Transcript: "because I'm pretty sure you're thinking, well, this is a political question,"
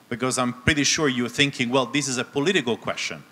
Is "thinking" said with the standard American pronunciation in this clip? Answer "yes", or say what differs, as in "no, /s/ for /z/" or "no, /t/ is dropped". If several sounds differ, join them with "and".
yes